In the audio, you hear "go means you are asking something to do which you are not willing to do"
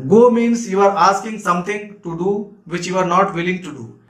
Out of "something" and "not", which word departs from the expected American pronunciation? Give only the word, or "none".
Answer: something